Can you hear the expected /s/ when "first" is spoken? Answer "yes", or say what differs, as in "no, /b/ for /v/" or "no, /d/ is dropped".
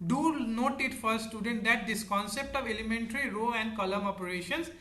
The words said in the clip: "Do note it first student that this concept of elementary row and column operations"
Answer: no, /s/ is dropped